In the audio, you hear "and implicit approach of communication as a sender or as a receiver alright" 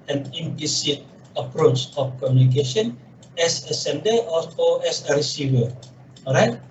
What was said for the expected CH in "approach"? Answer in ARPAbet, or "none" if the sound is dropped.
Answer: CH